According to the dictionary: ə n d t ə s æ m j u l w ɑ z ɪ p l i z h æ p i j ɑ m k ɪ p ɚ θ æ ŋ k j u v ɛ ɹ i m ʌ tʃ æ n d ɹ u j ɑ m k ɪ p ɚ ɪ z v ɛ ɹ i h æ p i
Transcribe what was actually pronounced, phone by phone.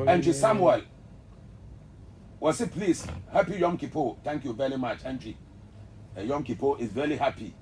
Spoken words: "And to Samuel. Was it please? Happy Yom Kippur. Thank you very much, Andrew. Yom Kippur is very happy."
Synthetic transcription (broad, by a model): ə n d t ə s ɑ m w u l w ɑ s ɪ p l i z h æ p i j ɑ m k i p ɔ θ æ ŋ k j u v ɛ ɹ i m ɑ tʃ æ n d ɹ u j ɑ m k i p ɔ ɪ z v ɛ ɹ i h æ p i